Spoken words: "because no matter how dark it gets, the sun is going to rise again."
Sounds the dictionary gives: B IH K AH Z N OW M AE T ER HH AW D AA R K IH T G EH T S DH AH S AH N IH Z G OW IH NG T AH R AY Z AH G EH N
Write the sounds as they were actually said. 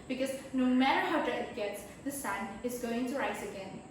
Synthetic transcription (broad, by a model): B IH K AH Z N OW M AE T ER HH AW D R IH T G EH T S DH AH S AH N IH Z G OW IH NG T AH R AY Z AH G EH N